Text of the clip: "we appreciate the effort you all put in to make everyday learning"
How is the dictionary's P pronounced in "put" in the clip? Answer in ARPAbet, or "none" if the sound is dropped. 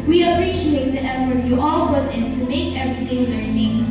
B